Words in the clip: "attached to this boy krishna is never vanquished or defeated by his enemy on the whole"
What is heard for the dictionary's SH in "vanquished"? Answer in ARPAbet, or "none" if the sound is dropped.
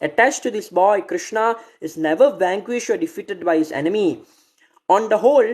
SH